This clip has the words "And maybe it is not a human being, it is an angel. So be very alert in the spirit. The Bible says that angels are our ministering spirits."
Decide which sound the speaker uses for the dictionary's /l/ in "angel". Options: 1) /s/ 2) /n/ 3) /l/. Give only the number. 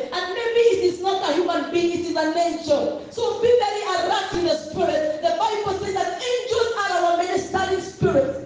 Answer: 2